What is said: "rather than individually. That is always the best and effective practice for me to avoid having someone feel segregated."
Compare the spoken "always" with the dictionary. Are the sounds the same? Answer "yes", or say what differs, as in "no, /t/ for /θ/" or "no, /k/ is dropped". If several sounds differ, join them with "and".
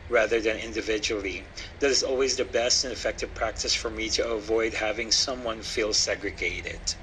yes